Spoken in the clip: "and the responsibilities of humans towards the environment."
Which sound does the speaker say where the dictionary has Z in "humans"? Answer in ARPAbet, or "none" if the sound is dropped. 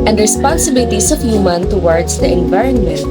none